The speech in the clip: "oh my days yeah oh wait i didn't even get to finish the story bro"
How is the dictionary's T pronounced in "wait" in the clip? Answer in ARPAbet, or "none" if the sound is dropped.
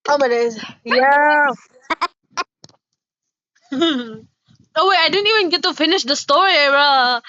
none